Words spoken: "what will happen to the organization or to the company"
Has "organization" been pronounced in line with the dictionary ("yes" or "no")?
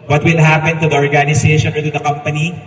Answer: no